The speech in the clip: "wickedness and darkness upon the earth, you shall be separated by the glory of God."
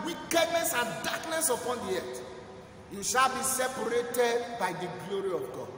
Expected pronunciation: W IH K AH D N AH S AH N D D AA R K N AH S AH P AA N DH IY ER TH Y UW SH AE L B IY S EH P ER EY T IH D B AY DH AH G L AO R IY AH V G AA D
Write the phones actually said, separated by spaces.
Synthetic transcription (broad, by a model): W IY K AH D N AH S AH N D D AA K N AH S AH P AA N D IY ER T Y UW SH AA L B IY S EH P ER EY T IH D B AY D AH G L AO R IY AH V G AA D